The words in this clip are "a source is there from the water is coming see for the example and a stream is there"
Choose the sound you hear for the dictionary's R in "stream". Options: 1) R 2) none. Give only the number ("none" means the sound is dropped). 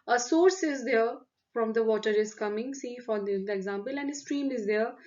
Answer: 1